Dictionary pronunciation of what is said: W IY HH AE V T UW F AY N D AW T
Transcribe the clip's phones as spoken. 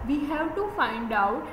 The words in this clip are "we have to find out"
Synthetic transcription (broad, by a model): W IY HH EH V T UW F AY N D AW